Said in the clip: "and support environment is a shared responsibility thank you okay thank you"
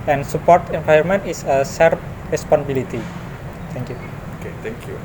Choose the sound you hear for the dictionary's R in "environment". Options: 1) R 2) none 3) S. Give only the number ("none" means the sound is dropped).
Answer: 2